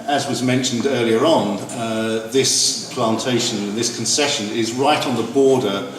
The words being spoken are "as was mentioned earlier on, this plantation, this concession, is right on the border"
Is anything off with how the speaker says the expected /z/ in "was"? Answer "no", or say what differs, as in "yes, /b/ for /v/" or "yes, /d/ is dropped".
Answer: no